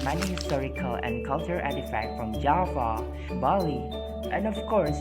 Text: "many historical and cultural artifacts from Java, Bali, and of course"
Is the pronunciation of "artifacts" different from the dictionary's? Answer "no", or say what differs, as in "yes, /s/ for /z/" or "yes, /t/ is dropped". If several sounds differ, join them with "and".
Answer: yes, /f/ is dropped and /k/ is dropped and /s/ is dropped